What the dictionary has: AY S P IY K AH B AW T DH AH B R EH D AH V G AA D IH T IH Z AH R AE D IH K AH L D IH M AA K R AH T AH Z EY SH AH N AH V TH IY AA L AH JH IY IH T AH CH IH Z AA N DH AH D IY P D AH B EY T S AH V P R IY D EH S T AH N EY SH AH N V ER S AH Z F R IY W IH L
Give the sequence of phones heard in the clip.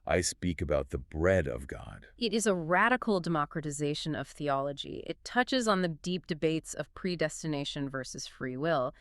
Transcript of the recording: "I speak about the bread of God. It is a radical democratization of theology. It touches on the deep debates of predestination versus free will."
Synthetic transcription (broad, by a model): AY S P IY K AH B AW T DH AH B R EH D AH V G AA D IH T IH Z AH R AE D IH K L D IH M AA K R AH T AH Z EY SH AH N AH V TH IY AA L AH JH IY IH T AH CH IH Z N DH AH D IY P D AH B EY T S AH V P R IY D EH S T AH N EY SH AH N V ER S AH Z F R IY W IH L